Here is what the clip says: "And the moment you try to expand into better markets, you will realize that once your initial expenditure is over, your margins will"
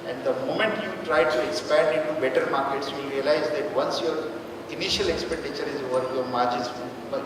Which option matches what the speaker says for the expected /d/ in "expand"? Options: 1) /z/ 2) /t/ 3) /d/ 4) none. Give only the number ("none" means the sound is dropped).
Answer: 3